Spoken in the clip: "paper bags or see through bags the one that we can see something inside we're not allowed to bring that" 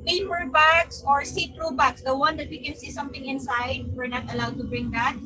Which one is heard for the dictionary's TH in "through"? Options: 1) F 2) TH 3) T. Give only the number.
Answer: 3